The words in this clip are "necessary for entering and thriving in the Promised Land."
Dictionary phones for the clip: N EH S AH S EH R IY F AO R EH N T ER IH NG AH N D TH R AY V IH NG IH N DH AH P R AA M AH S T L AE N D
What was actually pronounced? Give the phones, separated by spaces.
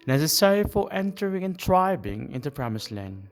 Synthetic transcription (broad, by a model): N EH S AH S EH R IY F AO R EH N T ER IH NG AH N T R AY B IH NG IH N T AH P R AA M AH S L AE N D